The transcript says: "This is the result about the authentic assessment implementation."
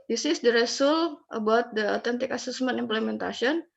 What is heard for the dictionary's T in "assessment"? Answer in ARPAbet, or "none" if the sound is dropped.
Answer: none